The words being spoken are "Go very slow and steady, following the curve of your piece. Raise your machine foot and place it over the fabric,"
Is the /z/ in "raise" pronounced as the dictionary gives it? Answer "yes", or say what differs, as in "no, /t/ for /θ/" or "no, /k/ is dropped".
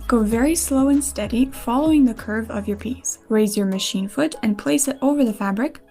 yes